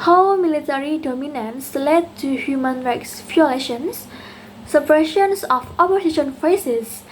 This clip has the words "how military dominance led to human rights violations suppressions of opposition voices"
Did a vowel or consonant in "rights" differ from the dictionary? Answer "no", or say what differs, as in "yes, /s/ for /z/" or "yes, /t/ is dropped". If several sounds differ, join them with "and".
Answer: no